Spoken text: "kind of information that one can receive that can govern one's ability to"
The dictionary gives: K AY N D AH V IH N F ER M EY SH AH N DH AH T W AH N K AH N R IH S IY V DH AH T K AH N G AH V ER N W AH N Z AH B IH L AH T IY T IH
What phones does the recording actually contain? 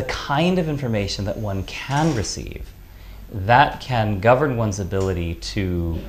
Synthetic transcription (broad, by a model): K AY N D AH V IH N F ER M EY SH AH N DH AH T W AH N K AH N R IH S IY V DH AH T K AH N G AH V ER N W AH N Z AH B IH L AH T IY T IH